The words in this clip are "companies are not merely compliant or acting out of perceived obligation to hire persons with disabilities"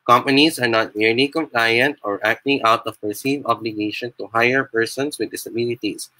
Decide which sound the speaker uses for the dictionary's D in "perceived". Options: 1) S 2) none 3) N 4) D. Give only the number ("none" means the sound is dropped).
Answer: 2